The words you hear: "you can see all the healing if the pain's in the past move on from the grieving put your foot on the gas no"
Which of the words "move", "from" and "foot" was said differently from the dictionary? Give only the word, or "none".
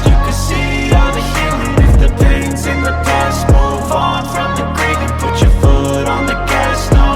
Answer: move